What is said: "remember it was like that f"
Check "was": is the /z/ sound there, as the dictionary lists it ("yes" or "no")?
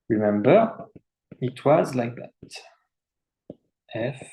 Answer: yes